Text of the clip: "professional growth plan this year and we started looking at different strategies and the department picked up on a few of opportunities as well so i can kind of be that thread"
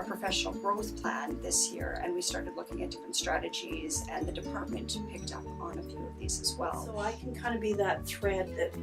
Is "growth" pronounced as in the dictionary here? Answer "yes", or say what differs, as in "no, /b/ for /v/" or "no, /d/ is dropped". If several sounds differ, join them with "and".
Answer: yes